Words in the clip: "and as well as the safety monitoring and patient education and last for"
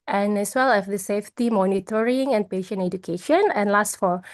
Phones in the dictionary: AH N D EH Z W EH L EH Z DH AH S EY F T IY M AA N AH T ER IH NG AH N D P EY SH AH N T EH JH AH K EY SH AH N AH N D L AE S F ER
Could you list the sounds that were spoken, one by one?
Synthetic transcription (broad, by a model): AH N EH S W EH L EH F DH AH S EY F T IY M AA N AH T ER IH NG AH N P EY SH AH N EH JH AH K EY SH AH N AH N L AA S F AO